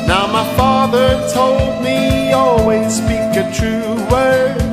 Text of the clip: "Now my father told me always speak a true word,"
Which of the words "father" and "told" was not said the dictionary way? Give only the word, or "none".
none